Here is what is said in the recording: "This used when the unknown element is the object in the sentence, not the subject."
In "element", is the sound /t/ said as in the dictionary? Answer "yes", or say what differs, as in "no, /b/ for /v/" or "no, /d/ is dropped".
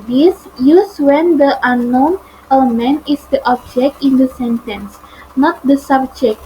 no, /t/ is dropped